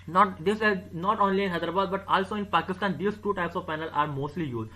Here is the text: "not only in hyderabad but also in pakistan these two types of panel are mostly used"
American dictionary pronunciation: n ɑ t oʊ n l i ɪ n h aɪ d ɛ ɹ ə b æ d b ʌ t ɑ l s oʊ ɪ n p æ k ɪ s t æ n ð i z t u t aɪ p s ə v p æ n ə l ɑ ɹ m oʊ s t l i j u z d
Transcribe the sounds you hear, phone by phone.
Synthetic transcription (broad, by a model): n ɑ t oʊ n l i ɪ n h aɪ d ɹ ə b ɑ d b ʌ t ɑ l s oʊ ɪ n p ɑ k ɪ s t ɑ n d i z t u t aɪ p s ə v p æ n ə l ɑ ɹ m oʊ s t l i j u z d